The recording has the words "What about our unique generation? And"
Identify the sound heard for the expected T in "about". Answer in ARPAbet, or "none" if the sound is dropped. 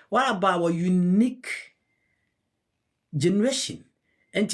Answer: none